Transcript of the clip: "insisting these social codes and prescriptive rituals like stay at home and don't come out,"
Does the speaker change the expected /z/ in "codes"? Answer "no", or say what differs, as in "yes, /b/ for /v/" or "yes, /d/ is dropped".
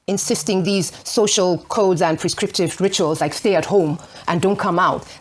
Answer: no